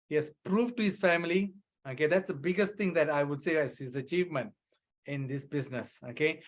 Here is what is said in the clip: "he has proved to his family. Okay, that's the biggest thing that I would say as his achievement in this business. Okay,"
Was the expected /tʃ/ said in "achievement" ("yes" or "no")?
yes